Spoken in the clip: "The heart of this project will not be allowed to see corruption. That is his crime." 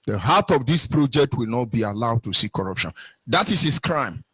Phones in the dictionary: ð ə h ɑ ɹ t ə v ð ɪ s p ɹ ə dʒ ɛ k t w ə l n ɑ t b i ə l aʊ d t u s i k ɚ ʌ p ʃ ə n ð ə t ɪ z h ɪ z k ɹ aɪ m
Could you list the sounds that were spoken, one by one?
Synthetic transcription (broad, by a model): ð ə h ɑ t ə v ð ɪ s p ɹ ə dʒ ɛ k t w ə l n ɑ t b i ə l aʊ d t u s i k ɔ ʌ p ʃ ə n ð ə t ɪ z h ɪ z k ɹ aɪ m